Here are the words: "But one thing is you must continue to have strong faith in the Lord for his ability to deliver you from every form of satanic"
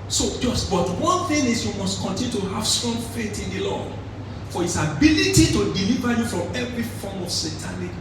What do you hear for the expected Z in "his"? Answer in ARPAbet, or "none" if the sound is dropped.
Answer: S